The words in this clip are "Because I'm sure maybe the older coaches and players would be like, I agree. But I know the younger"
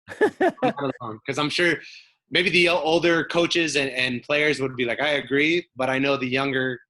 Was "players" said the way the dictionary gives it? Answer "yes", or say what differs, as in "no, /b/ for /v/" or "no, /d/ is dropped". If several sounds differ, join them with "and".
yes